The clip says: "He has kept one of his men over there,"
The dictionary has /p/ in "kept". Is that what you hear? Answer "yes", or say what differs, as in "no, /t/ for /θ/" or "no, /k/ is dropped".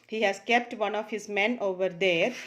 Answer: yes